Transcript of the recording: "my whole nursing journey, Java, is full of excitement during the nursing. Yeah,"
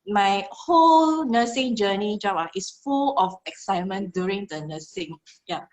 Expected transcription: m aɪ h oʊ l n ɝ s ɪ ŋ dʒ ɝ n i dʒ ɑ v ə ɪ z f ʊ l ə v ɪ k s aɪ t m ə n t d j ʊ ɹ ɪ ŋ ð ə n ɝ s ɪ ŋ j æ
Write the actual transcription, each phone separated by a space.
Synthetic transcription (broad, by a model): m aɪ h oʊ l n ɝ s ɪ ŋ dʒ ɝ n i dʒ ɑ b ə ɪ s f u l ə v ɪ k s aɪ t m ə n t d j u ɹ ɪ ŋ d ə n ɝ s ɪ ŋ j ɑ